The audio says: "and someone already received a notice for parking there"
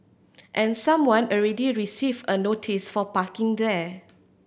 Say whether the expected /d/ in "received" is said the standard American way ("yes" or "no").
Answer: no